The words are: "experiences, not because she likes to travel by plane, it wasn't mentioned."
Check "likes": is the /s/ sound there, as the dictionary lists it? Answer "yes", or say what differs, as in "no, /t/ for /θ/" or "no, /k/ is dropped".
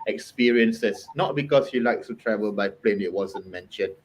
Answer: no, /s/ is dropped